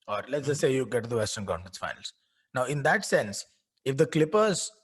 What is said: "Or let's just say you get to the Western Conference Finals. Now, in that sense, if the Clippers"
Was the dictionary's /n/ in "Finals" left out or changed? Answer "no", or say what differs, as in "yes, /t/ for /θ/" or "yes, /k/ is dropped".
yes, /n/ is dropped